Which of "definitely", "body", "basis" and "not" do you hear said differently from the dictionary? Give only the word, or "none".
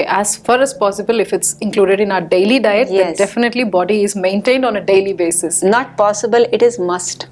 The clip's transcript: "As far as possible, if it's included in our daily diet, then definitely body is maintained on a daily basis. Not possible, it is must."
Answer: none